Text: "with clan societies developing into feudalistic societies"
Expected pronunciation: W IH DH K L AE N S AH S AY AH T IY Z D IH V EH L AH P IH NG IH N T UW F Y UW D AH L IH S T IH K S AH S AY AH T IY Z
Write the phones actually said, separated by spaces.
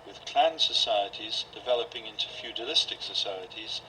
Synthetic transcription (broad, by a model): W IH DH K L AE N S AH S AY AH T IY Z D IH V EH L AH P IH NG IH N T UW F Y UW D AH L IH S T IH K S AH S AY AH T IY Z